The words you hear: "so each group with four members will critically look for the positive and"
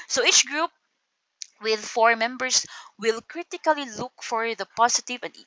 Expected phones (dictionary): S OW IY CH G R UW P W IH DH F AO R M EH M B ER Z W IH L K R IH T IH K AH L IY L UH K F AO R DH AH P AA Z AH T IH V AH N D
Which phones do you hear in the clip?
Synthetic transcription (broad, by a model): S OW IY CH G R UW P W IH DH F AO R M EH M B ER S W IH L K R IH T IH K AH L IY L UH K F AO R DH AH P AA S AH T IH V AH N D